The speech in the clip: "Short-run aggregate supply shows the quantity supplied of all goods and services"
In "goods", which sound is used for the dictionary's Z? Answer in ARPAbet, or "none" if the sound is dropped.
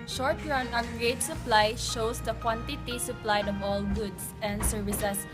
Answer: S